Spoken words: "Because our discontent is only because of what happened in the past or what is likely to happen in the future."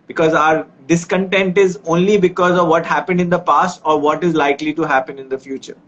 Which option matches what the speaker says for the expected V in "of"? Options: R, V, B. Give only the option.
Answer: V